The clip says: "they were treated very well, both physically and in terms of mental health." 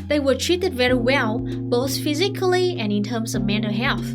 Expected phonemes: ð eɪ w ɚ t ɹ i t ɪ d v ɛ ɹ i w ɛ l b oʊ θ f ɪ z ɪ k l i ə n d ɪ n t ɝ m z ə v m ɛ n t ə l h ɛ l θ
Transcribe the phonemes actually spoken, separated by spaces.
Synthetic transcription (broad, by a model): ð eɪ w ɚ t ɹ i t ɪ d v ɛ ɹ i w ɛ l b oʊ θ f ɪ z ɪ k l i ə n ɪ n t ɝ m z ə v m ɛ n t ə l h ɛ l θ